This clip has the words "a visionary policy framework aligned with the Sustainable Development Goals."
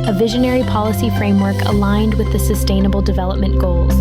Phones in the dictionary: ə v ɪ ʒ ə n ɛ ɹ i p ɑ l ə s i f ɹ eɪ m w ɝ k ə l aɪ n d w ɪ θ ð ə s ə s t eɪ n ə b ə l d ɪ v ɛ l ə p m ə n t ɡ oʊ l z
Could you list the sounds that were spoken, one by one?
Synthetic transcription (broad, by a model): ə v ɪ ʒ ə n ɛ ɹ i p ɑ l ə s i f ɹ eɪ m w ɝ k ə l aɪ n d w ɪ ð ə s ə s t eɪ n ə b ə l d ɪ v ɛ l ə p m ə n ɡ oʊ l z